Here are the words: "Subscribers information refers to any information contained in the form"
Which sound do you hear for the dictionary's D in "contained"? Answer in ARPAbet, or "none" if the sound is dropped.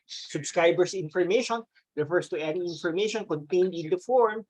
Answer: D